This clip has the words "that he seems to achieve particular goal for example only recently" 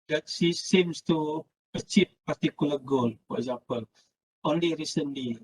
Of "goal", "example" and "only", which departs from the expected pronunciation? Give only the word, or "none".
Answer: example